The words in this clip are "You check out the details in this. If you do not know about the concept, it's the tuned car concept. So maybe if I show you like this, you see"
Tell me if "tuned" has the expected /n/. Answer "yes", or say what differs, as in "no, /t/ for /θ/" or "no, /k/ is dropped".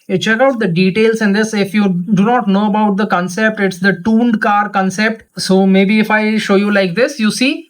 yes